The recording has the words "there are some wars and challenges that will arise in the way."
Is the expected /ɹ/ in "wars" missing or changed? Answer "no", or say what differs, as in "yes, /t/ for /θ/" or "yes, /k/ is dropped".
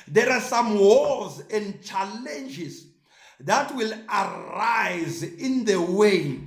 yes, /l/ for /ɹ/